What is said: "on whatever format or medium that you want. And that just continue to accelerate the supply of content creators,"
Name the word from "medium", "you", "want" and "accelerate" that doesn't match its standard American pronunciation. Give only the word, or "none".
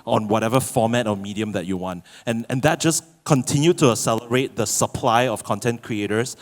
accelerate